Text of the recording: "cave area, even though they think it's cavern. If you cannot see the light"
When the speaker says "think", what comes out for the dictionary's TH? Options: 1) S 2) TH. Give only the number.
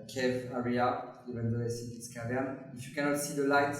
1